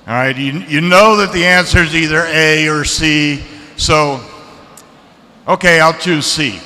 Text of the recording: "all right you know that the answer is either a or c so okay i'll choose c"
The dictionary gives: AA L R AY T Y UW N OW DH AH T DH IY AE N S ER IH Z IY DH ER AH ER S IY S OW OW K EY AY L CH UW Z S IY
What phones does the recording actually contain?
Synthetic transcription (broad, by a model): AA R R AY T Y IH N OW DH AH T DH IY AE N S ER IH Z IY DH ER AH ER S IY S OW OW K EY AY L CH UW Z S IY